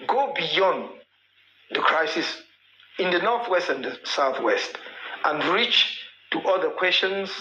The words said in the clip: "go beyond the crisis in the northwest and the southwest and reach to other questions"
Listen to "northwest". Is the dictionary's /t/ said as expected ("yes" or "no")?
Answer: yes